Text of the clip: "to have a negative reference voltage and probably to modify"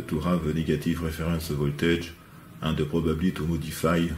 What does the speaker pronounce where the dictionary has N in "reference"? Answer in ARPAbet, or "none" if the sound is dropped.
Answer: none